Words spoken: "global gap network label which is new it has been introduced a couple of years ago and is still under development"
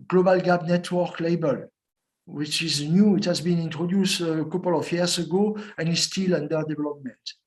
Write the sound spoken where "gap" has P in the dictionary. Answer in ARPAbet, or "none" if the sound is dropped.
B